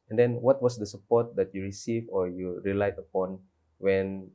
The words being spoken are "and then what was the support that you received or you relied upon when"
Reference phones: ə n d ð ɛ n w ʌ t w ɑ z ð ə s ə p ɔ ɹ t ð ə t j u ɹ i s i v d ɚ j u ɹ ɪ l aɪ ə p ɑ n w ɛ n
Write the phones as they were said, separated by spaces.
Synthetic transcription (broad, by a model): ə n d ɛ n w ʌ t w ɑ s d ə s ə p ɔ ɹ t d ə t j u ɹ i s i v ɔ j u ɹ ɪ l aɪ ə p ɑ n w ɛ n